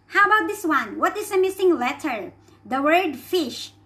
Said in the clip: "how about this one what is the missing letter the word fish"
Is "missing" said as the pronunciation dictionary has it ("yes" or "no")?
yes